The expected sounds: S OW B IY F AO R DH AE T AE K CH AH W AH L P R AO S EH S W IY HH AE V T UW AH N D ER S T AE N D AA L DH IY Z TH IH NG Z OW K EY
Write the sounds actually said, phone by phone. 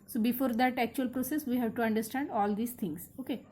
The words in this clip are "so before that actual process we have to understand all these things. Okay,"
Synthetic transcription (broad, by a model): S OW B IY F AO R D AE T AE K CH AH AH L P R AO S EH S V IY HH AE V T UW AH N D ER S T AE N D AA L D IY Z T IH NG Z OW K EY